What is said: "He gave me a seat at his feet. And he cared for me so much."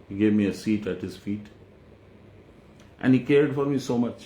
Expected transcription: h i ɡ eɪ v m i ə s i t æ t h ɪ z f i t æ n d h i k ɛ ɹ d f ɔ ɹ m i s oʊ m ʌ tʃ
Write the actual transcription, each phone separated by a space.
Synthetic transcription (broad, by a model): h i ɡ eɪ v m i ə s i t æ t h ɪ z f i t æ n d h i k ɛ ɹ d f ɔ ɹ m i s oʊ m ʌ tʃ